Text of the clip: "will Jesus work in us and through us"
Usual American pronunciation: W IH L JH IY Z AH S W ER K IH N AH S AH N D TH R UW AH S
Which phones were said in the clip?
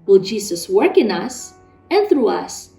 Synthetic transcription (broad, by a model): W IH L JH IY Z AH S W ER K IH N AH S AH N TH R UW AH S